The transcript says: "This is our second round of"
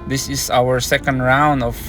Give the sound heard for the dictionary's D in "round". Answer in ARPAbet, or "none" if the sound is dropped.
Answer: D